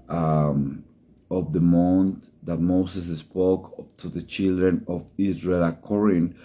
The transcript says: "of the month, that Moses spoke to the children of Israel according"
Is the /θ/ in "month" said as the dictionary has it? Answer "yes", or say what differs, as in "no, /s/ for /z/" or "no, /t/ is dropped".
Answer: no, /t/ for /θ/